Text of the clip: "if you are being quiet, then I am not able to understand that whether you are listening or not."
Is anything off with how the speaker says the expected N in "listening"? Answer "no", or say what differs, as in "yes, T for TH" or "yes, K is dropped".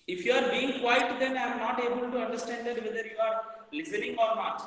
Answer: yes, L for N